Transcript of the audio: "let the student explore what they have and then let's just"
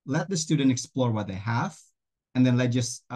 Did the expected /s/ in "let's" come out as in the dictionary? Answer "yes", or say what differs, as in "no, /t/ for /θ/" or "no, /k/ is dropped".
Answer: no, /s/ is dropped